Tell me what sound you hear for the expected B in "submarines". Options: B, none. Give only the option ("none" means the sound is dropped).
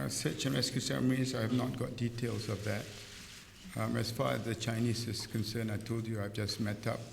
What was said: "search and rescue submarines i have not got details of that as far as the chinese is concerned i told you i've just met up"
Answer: none